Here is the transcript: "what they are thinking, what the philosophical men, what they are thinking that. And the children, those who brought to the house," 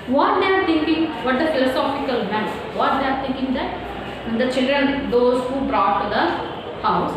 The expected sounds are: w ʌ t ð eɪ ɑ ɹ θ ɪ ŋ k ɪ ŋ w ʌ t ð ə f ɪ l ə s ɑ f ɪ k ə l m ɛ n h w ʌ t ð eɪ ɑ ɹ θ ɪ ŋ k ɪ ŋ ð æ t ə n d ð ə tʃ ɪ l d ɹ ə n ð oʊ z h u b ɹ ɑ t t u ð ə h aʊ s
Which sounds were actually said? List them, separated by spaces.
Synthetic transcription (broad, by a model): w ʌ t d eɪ ɑ ɹ t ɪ ŋ k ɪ ŋ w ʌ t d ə f ɪ l ə s ɑ f ɪ k ə l m ɛ n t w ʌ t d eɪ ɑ ɹ t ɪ ŋ k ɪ ŋ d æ t ə n d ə tʃ ɪ l d ɹ ə n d oʊ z h u b ɹ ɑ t t u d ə h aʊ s